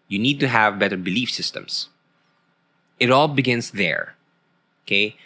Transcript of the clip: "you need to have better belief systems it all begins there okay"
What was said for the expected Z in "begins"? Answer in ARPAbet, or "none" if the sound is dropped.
S